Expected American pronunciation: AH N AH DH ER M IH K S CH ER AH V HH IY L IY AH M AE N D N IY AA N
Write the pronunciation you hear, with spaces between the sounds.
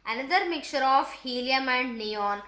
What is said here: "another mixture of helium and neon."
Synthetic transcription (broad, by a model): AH N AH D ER M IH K CH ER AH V HH IY L IY AH M AE N D N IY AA N